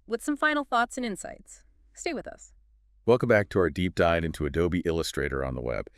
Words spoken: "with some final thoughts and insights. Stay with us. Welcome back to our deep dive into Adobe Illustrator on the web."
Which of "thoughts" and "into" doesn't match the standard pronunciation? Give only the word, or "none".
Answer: none